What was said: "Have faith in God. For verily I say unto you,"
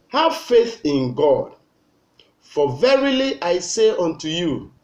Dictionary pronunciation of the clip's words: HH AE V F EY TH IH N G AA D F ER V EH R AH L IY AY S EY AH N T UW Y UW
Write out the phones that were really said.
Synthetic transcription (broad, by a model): HH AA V F EY TH IH N G AA D F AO V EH R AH L IY AY S EY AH N T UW Y UW